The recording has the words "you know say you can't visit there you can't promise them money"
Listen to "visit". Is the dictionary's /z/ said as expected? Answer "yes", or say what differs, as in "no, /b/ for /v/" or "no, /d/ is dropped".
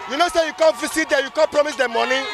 no, /s/ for /z/